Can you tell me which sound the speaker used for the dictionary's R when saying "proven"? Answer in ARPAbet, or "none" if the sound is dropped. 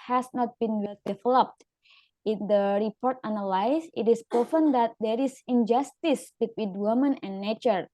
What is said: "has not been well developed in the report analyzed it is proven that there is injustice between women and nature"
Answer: none